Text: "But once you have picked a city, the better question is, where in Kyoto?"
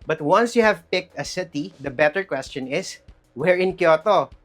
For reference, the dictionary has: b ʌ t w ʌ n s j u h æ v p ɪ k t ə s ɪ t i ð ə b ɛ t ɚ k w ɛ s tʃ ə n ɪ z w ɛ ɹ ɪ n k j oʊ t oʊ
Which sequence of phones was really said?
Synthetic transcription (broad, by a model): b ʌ t w ʌ n s j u h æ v p ɪ k t ə s ɪ t i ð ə b ɛ t ɚ k w ɛ s tʃ ə n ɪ s w ɛ ɹ ɪ n k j oʊ t oʊ